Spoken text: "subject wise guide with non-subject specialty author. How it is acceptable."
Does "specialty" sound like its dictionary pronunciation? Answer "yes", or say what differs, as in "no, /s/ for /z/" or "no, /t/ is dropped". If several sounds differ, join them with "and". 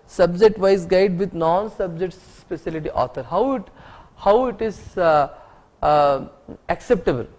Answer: no, /s/ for /ʃ/